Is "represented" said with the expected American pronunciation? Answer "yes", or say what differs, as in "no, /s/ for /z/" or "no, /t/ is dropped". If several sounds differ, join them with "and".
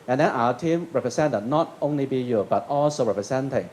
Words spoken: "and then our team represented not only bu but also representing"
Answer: no, /s/ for /z/